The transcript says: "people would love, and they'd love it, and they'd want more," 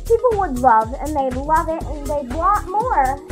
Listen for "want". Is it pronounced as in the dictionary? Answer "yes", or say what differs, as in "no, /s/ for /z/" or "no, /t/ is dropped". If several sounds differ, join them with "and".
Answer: no, /n/ is dropped